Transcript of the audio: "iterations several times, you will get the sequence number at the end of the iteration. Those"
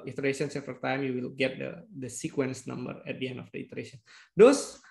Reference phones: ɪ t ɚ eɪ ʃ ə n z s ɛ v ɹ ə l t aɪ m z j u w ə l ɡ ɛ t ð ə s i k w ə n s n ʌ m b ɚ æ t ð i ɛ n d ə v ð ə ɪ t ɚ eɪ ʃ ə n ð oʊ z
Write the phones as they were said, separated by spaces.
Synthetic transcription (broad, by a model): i t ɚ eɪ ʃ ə n s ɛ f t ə t aɪ m j u w ə l ɡ ɛ t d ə s i k w ə n s n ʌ m b ɚ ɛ t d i ɛ n d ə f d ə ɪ t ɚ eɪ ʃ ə n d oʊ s